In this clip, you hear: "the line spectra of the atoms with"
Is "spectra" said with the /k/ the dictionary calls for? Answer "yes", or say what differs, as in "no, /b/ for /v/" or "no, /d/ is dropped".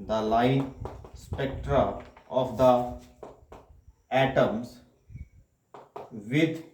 yes